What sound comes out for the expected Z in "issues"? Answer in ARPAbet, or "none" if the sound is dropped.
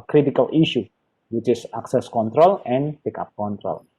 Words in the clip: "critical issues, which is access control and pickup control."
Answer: none